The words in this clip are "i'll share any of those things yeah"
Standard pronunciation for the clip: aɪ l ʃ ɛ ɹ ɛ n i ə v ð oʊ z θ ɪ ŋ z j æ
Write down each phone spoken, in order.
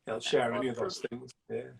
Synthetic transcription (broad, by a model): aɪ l ʃ ɛ ɹ ɛ n i ə v ð oʊ z θ ɪ ŋ z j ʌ